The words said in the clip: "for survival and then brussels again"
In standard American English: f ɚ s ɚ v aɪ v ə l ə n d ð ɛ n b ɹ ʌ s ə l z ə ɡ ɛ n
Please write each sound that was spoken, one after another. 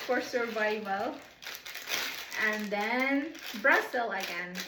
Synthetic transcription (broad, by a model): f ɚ s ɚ v aɪ v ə l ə n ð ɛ n b ɹ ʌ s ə l ə ɡ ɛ n